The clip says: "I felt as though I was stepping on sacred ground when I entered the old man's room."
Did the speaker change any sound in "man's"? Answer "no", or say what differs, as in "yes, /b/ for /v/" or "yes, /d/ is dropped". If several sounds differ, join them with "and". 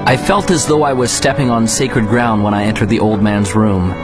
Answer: no